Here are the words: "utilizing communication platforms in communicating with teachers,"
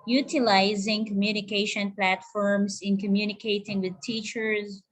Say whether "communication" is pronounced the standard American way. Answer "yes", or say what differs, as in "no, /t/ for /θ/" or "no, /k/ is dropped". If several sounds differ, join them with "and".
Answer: yes